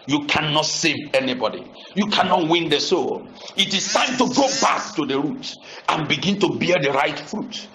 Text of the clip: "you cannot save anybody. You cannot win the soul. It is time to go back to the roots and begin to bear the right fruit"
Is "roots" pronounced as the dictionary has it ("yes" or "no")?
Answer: no